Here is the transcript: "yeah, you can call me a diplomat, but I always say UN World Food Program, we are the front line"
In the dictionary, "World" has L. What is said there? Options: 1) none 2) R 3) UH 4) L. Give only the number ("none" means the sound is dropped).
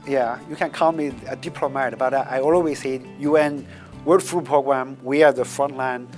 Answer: 1